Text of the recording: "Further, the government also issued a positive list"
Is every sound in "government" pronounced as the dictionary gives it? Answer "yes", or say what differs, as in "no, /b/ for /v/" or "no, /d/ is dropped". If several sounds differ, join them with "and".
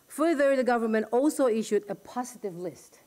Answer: yes